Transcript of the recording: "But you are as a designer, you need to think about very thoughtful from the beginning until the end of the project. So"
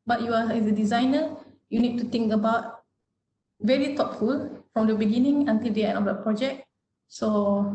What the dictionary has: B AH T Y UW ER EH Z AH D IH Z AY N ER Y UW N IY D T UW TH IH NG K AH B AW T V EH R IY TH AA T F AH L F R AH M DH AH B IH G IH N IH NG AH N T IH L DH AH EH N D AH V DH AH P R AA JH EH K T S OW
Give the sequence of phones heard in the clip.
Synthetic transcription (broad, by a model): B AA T Y UW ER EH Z AH D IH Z AY N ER Y UW N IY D T UW T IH NG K AH B AW T V EH R IY T AA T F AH L F R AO M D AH B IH G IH N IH NG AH N T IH L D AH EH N AH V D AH P R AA JH EH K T S OW